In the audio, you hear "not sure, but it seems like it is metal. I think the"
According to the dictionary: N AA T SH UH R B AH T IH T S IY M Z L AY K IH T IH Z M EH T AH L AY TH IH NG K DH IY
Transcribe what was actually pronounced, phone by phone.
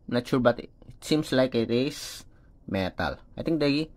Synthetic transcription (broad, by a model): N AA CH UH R B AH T IH T S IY M S L AY K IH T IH S M EH T AH L AY T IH NG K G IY